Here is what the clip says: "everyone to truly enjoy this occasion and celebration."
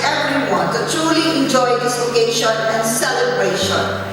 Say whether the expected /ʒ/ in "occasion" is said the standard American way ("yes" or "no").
no